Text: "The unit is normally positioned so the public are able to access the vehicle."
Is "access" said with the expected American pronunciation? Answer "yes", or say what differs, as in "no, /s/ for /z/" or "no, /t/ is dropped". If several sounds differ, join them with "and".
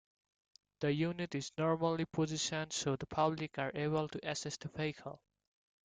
no, /k/ is dropped